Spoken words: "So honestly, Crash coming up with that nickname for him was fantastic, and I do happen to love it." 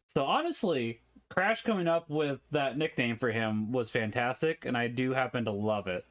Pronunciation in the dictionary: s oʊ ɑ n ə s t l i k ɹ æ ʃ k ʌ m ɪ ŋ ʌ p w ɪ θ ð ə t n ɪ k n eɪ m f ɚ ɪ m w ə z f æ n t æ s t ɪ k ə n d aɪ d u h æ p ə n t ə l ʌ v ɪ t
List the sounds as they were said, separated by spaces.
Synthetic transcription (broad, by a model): s oʊ ɑ n ə s t l i k ɹ æ ʃ k ʌ m ɪ ŋ ʌ p w ɪ ð ə t n ɪ k n eɪ m f ɚ ɪ m w ə z f æ n t æ s t ɪ k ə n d aɪ d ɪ h æ p ə n t ə l ʌ v ɪ t